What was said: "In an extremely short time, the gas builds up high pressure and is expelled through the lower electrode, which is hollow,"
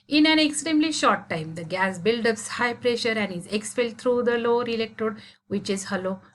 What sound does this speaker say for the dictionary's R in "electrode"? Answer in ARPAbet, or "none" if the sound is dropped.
none